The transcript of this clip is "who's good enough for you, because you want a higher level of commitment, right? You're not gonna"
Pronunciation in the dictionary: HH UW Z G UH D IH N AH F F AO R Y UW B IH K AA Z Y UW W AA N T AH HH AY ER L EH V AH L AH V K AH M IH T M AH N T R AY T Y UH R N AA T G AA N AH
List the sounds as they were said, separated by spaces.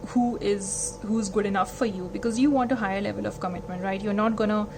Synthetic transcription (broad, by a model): HH UW Z G UH D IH N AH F F AO R Y UW B IH K AA Z Y UW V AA N T AH HH AY ER L EH V AH L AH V K AH M IH T M AH N T R AY T Y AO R N AA T G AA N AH